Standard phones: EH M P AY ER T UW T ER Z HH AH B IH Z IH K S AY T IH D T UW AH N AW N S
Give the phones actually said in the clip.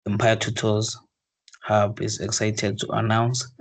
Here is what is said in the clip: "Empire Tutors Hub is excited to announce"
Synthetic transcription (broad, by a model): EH M P AY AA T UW T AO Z HH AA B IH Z IH K S AY T IH D T UW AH N AW N S